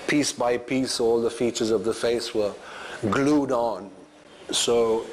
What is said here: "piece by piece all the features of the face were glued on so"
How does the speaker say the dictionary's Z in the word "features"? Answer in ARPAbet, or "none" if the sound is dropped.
Z